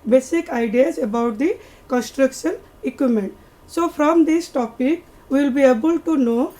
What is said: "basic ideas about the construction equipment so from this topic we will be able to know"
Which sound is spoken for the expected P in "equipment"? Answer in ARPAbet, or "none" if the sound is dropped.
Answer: none